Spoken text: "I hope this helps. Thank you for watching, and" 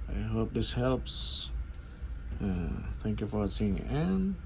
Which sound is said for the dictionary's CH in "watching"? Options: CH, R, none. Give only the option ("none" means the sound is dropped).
none